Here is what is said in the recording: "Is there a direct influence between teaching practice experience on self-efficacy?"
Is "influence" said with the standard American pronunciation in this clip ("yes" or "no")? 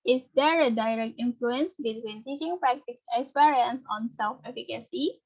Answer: yes